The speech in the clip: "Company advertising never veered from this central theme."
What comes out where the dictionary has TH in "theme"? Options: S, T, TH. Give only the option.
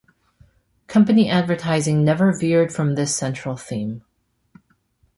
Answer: TH